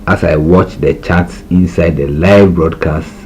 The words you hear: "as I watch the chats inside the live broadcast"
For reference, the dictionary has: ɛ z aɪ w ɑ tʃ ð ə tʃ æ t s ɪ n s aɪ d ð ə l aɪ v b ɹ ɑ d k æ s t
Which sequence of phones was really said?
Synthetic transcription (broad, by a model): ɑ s aɪ w ɑ tʃ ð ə tʃ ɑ t s ɪ n s aɪ d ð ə l aɪ v b ɹ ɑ d k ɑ s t